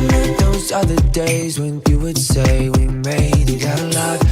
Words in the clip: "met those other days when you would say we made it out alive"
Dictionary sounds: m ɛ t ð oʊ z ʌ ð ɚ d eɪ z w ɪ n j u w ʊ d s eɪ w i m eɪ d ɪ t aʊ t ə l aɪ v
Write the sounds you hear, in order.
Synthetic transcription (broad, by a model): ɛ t ð oʊ z ʌ ð ɚ d eɪ z w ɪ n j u w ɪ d s eɪ w i m eɪ ɪ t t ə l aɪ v